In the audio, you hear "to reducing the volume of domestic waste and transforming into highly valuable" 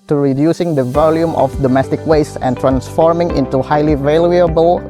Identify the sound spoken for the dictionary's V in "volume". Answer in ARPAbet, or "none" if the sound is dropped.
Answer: V